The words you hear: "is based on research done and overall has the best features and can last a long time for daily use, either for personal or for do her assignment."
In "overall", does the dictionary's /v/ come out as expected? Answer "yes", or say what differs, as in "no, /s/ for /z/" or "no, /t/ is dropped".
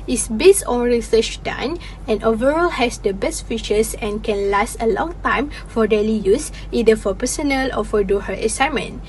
yes